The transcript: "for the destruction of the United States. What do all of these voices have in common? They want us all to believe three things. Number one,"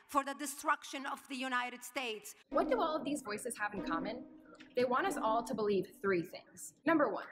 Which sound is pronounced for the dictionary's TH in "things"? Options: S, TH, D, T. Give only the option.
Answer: TH